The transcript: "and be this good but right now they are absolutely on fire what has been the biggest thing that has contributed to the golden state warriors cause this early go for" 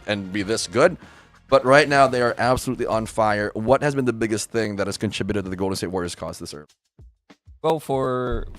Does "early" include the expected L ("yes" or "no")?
no